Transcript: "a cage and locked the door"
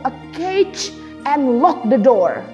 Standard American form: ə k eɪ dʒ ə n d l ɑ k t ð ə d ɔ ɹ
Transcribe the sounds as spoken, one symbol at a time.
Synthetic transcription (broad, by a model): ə k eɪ tʃ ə n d l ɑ k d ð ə d ɔ ɹ